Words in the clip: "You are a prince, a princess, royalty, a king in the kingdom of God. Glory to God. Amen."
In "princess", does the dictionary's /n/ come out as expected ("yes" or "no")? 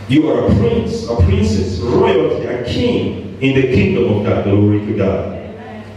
yes